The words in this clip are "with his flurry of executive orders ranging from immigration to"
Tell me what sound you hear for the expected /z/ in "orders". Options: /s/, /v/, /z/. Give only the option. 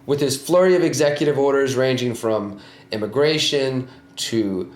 /z/